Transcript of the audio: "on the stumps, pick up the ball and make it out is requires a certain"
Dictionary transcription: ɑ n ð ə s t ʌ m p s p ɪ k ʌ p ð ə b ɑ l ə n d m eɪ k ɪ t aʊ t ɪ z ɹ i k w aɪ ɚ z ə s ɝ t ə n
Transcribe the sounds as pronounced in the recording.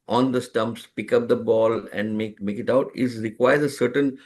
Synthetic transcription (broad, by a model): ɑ n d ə s t ʌ m p s p ɪ k ʌ p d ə b ɑ l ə n d m eɪ k ɪ t aʊ t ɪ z ɹ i k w aɪ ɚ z ə s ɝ t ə n